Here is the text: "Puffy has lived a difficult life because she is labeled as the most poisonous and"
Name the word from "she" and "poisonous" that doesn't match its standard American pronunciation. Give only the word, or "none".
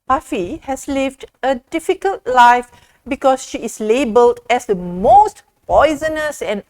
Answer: none